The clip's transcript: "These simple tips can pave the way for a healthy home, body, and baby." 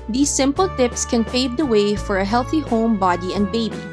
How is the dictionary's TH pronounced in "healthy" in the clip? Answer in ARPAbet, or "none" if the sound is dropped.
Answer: TH